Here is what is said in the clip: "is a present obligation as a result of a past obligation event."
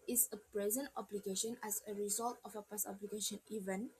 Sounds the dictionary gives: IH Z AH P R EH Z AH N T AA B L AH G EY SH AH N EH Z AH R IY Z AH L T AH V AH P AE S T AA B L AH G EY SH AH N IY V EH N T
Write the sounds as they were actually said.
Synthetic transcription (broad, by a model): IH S AH P R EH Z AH N T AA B L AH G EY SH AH N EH S AH R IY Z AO L T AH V AH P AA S AA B L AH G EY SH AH N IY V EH N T